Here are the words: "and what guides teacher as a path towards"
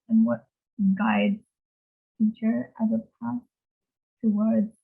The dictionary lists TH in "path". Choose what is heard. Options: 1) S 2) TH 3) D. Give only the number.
1